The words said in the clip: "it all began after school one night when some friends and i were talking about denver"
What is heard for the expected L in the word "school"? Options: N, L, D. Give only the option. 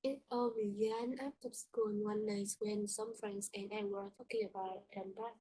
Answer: N